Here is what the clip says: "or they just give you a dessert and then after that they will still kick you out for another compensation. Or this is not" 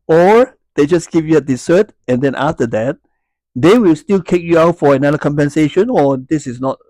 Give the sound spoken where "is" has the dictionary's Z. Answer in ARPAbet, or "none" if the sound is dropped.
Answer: S